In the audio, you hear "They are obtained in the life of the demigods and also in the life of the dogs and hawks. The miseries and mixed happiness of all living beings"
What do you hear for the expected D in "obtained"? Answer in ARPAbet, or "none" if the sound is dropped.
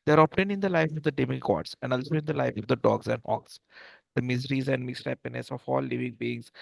none